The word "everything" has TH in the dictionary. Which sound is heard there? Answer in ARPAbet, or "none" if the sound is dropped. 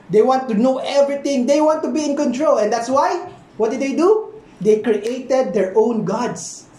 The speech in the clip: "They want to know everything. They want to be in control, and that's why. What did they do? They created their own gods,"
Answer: T